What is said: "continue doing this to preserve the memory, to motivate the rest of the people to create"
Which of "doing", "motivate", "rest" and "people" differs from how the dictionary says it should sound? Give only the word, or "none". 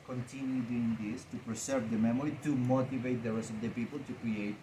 none